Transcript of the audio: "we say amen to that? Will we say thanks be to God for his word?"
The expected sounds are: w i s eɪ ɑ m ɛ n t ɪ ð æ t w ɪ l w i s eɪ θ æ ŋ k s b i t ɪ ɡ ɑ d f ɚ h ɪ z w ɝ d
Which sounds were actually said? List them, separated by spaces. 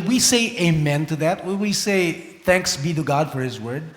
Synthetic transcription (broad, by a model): w i s eɪ ɑ m ɛ n t ɪ ð æ t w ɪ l w i s eɪ θ æ ŋ k s b i t ɪ ɡ ɑ d f ɚ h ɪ z w ɝ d